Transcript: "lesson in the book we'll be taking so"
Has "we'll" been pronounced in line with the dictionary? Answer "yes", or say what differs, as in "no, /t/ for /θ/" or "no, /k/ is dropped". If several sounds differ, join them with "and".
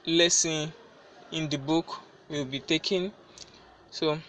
no, /w/ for /l/